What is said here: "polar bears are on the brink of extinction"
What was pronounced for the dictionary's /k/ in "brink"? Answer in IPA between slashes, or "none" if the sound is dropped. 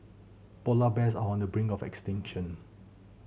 none